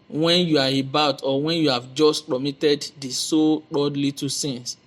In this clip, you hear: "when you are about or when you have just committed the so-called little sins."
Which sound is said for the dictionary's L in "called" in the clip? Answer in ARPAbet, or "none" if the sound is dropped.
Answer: none